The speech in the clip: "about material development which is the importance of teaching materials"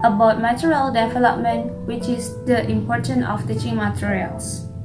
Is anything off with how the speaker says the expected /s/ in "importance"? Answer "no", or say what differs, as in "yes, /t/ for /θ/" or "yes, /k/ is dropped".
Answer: yes, /s/ is dropped